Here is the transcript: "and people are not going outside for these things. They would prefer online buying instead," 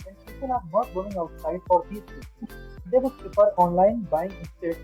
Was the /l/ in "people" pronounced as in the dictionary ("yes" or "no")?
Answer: no